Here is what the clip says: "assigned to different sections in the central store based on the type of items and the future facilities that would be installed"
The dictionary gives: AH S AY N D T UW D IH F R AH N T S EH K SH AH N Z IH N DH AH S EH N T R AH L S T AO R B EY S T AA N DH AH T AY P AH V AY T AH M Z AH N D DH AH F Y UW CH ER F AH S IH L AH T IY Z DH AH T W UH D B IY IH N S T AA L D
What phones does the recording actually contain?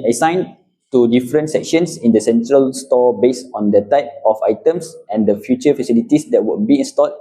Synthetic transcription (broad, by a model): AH S AY N T UW D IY F R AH N T S EH K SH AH N S IH N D AH S EH N T R AH L S T AO B EY S AA N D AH T AY P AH F AY T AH M S AH N D AH F Y UW CH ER F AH S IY L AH T IY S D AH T W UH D B IY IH N S T AA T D